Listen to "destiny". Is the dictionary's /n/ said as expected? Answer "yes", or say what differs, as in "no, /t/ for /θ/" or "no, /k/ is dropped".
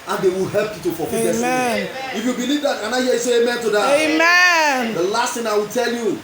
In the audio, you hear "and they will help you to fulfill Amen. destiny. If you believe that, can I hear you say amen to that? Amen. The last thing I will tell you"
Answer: no, /n/ is dropped